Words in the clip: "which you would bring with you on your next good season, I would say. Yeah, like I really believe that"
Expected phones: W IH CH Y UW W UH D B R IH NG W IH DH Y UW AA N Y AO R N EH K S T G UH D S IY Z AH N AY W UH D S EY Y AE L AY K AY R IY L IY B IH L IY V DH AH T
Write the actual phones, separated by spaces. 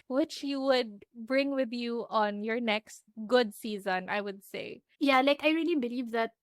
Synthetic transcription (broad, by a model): W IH CH Y UW W UH D B R IH NG W IH DH Y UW AA N Y AO R N EH K S T G UH D S IY Z AH N AY W UH D S EY Y AE L AY K AY R IY L IY B IH L IY V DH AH T